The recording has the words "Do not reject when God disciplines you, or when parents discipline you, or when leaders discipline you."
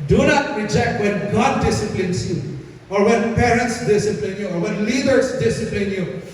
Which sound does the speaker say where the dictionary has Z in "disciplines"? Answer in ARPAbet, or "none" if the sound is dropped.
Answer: S